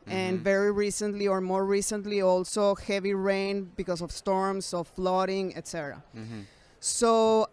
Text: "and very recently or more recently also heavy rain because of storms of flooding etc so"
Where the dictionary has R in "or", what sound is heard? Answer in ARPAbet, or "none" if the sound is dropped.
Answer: R